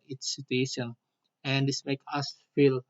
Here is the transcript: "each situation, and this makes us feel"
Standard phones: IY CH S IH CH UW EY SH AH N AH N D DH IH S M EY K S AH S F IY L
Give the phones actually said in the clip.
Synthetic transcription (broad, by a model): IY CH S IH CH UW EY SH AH N AH N D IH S M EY K AH S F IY L